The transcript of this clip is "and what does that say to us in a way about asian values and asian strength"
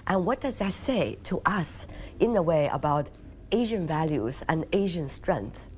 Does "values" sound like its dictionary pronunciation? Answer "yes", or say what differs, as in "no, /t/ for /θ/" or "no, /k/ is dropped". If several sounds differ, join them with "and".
yes